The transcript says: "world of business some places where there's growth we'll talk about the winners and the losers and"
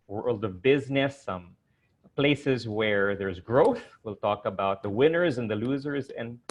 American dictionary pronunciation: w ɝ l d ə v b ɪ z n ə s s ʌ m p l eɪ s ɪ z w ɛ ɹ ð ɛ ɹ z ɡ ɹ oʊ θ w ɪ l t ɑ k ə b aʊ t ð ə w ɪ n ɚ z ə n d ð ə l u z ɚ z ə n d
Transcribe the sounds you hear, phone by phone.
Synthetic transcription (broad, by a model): w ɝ l d ə v b ɪ z n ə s s ʌ m p l eɪ s ɪ z w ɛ ɹ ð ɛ ɹ z ɡ ɹ oʊ θ w ɪ l t ɑ k ə b aʊ t ð ə w ɪ n ɚ z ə n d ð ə l u z ɚ z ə n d